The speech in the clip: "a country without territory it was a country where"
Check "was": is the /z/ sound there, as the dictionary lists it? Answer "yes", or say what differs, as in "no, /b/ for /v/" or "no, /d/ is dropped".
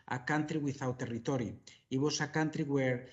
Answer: no, /s/ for /z/